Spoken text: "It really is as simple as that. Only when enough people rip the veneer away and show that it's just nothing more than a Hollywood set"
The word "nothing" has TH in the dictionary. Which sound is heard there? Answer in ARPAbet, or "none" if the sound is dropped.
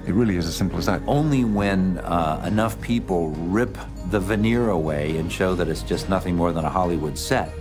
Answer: TH